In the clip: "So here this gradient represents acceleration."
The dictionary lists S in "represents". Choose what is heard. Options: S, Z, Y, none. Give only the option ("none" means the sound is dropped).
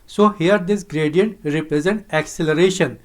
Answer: none